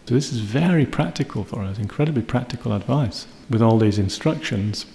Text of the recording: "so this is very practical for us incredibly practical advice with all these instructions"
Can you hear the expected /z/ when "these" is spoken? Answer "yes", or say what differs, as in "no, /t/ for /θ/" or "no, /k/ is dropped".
yes